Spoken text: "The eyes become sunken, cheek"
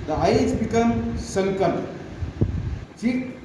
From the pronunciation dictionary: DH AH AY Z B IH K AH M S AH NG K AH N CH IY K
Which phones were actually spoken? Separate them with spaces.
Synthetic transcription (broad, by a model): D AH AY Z B IH K AH M S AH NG K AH L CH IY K